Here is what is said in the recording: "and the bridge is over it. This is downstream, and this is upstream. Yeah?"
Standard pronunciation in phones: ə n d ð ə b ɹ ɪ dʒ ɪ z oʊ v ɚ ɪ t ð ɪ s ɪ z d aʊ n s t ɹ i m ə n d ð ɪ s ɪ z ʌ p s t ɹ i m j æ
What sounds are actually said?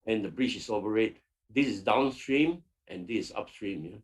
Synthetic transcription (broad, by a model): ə n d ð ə b ɹ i tʃ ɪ s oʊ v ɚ ɪ t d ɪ s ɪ s d aʊ n s t ɹ i m ə n d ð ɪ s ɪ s ʌ p s t ɹ i m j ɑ